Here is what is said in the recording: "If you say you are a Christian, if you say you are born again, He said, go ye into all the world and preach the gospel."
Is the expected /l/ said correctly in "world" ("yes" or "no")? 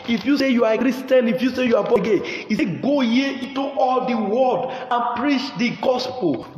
no